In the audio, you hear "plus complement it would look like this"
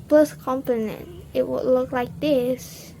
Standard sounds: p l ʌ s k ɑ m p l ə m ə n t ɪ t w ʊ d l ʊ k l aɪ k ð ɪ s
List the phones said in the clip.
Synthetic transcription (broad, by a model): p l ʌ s k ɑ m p ə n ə n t ɪ t w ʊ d l ʊ k l aɪ k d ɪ s